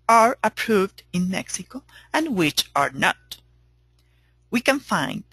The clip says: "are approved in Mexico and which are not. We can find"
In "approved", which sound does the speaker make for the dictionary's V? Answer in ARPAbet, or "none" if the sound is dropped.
V